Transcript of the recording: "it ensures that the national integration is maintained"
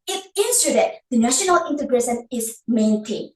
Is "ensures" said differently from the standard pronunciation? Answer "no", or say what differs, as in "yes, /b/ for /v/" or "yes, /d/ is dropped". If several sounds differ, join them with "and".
yes, /s/ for /ʃ/